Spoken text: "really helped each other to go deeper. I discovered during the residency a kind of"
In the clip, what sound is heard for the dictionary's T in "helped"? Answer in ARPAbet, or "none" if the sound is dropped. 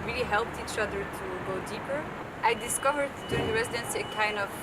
T